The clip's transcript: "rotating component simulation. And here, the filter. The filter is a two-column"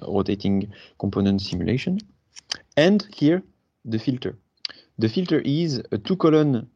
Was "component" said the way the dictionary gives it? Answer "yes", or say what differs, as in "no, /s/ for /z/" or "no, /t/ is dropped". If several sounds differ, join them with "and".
yes